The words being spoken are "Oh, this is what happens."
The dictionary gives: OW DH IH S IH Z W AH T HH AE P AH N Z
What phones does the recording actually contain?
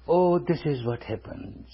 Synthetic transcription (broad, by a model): OW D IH S IH Z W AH T HH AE P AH N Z